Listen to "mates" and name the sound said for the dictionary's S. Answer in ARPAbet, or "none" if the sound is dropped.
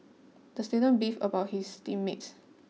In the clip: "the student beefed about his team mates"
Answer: S